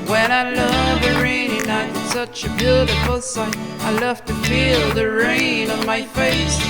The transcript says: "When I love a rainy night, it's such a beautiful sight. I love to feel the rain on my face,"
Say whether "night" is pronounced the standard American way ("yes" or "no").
no